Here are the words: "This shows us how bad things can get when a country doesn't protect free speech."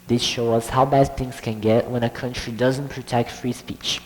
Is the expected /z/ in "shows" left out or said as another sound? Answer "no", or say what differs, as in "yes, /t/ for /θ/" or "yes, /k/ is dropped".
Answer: yes, /z/ is dropped